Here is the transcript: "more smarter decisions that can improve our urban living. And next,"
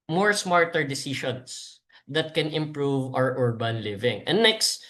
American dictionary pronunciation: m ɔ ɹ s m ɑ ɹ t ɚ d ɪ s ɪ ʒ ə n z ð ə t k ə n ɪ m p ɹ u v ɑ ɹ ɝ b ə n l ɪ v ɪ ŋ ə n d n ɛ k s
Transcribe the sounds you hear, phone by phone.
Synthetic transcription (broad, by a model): m ɔ ɹ s m ɑ ɹ t ɚ d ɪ s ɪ ʃ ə n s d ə t k ə n ɪ m p ɹ u v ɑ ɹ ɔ b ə n l ɪ v ɪ ŋ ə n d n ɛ k s